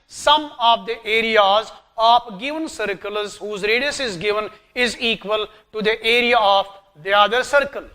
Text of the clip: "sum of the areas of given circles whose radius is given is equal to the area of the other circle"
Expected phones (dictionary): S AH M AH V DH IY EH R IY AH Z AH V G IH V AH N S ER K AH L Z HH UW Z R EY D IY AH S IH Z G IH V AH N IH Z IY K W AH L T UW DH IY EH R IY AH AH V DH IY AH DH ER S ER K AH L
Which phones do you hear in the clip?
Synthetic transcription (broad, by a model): S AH M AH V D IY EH R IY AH Z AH P G IH V AH N S ER K AH L Z HH UW Z R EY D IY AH S IH Z G IH V AH N IH Z IY K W AH L T UW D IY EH R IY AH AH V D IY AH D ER S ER K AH L